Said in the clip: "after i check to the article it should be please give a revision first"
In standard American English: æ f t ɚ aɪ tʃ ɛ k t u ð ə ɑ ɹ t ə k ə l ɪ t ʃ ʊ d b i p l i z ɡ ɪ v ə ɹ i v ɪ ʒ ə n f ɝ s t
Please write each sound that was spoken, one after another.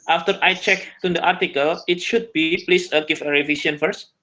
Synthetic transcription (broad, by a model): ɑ f t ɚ aɪ tʃ ɛ k t u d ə ɑ ɹ t ə k ə l ɪ t ʃ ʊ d b i p l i s ɡ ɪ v ə ɹ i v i s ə n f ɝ s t